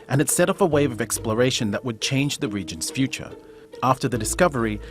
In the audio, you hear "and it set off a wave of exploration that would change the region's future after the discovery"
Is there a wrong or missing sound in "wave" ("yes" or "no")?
no